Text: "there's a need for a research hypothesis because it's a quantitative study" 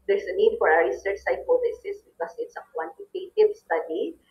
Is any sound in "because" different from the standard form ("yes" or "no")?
yes